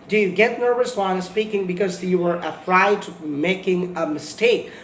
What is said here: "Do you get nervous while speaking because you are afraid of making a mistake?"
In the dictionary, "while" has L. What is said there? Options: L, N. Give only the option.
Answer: N